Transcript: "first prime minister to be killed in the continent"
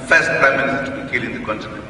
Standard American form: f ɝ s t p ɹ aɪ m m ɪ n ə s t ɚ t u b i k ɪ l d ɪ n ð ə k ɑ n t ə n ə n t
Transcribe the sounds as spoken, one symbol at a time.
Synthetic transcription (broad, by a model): f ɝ s t p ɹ aɪ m m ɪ n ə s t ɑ t u b i k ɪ l ɪ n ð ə k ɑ n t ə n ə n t